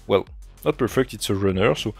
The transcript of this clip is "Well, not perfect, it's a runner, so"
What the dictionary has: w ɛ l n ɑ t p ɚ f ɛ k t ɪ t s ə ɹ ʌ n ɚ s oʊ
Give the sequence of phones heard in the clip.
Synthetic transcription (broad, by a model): w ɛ l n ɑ t p ɚ f ɛ k t ɪ t s ə ɹ ʌ n ɚ s oʊ